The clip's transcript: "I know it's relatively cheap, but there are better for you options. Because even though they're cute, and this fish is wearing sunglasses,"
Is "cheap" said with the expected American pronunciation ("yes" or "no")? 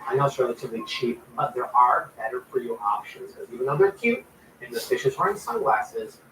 yes